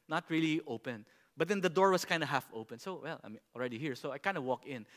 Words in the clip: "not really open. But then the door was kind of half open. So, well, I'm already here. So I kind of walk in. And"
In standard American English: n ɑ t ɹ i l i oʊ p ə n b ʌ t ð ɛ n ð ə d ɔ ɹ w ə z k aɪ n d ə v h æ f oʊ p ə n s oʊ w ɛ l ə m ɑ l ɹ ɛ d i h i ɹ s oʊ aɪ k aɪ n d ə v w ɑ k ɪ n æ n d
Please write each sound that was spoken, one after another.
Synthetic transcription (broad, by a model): n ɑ t ɹ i l i oʊ p ə n b ʌ t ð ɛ n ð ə d ɔ ɹ w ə s k aɪ n d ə h æ f oʊ p ə n s oʊ w ɛ l ə m ɑ l ɹ ɛ d i h i ɹ s oʊ aɪ k aɪ n d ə w ɑ k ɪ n n